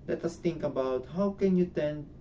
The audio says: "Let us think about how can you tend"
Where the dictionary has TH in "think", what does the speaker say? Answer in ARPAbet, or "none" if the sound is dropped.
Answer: T